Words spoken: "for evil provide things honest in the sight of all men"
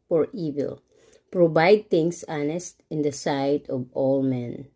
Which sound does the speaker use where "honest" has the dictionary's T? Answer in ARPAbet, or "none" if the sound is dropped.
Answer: T